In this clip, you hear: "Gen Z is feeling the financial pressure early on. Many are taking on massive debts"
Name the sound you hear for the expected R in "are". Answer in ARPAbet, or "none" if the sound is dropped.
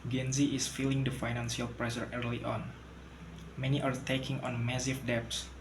R